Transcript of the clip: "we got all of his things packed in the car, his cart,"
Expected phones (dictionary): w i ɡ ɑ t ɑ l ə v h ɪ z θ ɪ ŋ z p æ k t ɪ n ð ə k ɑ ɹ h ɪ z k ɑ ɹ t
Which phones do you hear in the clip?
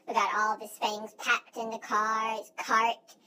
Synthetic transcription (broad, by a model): w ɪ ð ɑ t ɑ l ə v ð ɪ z θ ɪ ŋ z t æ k t ɪ n ð ə k ɑ ɹ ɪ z k ɑ ɹ t